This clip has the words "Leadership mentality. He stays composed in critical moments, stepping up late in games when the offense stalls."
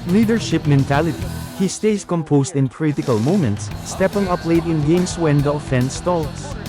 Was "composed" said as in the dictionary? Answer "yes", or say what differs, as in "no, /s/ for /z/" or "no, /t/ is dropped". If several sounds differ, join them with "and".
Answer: no, /s/ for /z/